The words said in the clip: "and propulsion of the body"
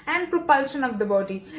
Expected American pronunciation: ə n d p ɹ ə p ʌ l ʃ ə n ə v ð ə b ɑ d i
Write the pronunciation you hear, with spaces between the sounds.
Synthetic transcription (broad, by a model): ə n d p ɹ ə p ʌ l ʃ ə n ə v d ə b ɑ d i